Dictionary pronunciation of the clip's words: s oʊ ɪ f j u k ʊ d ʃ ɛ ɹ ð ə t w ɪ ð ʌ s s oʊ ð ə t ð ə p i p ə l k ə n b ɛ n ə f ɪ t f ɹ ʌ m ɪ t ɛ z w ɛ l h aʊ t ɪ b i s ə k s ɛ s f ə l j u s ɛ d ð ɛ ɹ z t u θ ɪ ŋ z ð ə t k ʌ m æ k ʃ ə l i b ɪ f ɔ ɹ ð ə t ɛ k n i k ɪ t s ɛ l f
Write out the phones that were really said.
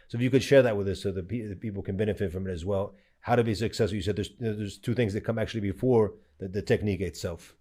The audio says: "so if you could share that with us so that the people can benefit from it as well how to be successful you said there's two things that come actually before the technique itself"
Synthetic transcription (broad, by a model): s oʊ ɪ f j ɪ k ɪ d ʃ ɛ ɹ ð ə t w ɪ ð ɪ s s oʊ ð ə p ð ə p i p l k ə n b ɛ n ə f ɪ t f ɹ ʌ m ɪ t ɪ z w ɛ l h aʊ t ɪ b i s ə k s ɛ s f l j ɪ s ɛ d ð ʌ ɹ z t u θ ɪ ŋ z ð ə t k ʌ m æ k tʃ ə l i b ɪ f ɔ ɹ ð ə t ɛ k n i k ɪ t s ɛ l f